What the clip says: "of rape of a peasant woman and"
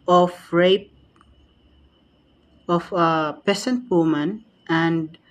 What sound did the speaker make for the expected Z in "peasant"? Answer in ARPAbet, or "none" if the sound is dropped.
S